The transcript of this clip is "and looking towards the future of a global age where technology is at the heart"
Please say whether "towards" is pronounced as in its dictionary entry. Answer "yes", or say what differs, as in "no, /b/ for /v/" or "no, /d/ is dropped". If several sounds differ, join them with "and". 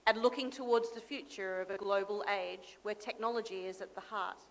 yes